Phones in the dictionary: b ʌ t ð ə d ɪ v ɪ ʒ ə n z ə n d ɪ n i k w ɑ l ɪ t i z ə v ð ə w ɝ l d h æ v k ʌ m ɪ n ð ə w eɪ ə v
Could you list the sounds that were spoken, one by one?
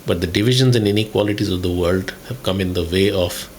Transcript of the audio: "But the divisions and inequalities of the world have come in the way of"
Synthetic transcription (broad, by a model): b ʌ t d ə d ɪ v ɪ ʒ ə n z ə n d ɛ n i k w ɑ l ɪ t i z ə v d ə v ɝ l d h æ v k ʌ m ɪ n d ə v eɪ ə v